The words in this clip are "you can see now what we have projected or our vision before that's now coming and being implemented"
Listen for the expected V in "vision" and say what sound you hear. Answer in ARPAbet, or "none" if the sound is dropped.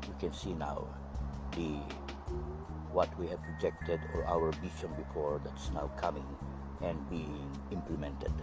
B